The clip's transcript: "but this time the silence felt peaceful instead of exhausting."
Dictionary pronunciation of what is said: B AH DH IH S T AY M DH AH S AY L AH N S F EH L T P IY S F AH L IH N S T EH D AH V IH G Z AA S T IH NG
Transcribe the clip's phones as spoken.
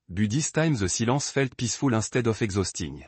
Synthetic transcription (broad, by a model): B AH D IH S T AY M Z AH S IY L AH S F EH L T P IY S F AH L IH S T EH D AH F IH G Z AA S T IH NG